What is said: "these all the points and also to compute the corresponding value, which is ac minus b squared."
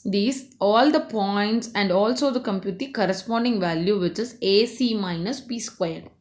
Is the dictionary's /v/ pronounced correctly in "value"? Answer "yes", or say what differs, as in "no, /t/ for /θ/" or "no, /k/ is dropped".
yes